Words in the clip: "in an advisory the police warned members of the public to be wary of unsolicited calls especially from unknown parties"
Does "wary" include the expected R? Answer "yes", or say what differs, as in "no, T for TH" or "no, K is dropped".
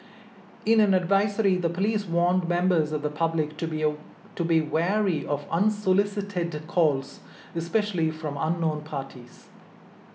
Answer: yes